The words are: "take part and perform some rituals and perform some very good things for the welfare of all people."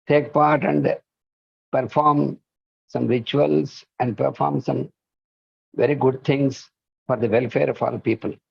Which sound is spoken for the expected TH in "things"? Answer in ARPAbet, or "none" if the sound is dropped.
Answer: T